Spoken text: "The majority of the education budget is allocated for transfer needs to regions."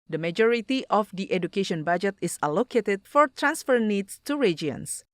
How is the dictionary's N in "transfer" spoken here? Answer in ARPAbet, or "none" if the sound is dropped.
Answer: N